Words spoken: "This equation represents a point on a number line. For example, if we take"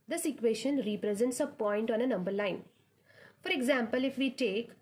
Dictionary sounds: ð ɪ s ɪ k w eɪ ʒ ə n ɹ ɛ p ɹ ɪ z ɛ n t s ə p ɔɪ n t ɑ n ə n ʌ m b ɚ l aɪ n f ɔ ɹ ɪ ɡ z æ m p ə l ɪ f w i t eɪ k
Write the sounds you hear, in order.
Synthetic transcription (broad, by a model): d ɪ s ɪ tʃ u eɪ ʃ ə n ɹ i p ɹ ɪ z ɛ n t s ə p ɔɪ n t ɑ n ə n ʌ m b ɚ l aɪ n f ɔ ɹ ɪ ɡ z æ m p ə l ɪ f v i t eɪ k